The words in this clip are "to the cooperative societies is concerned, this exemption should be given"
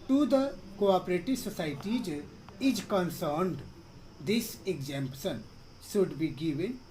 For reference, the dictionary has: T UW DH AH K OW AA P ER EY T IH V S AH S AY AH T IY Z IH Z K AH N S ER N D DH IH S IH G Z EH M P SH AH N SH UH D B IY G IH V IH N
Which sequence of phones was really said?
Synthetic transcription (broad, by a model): T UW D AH K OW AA P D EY T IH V S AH S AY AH T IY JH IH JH K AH N S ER N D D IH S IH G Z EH M P S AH N S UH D B IY G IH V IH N